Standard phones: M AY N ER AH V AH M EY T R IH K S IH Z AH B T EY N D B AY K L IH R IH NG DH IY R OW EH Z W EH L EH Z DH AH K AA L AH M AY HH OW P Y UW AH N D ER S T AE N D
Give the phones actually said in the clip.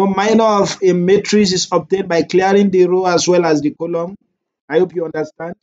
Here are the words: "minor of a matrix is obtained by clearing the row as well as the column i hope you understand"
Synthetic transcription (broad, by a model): M AY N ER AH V AH M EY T R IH S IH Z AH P T EY N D B AY K L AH R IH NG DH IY R OW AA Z W EH L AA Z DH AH K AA L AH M AY HH OW P Y UW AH N D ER S T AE N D